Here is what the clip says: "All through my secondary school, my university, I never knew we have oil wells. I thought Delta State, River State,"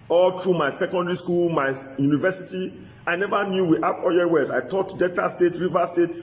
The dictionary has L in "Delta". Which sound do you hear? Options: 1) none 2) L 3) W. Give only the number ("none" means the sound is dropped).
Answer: 1